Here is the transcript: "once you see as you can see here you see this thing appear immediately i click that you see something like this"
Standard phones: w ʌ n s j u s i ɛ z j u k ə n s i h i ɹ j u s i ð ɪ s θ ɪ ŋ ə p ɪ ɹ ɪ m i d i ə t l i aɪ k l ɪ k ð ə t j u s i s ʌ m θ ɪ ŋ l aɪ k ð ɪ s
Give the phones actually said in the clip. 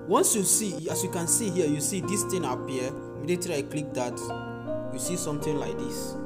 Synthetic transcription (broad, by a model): w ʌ n s j u s i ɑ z j u k ə n s i h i j u s i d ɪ s t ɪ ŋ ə p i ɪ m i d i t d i aɪ k l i k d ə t j u s i s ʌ m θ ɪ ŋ l aɪ k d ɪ s